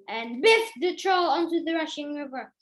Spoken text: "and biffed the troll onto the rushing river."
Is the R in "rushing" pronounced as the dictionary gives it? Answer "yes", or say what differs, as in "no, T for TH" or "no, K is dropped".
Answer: yes